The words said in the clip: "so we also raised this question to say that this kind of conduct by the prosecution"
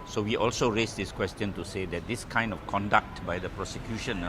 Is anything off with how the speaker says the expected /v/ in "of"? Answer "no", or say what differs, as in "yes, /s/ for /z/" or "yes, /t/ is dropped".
yes, /f/ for /v/